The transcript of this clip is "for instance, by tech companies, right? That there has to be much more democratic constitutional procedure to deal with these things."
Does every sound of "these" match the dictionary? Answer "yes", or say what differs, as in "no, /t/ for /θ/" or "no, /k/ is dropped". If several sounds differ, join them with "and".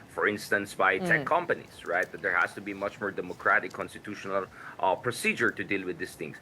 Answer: no, /s/ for /z/